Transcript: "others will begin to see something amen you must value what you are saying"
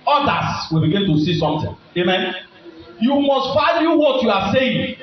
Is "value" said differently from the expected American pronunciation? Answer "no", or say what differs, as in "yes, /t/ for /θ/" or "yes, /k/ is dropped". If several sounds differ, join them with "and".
yes, /f/ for /v/